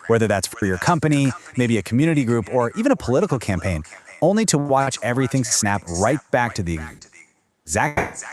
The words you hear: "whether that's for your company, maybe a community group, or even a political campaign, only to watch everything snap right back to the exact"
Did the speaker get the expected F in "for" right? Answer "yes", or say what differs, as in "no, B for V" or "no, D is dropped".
yes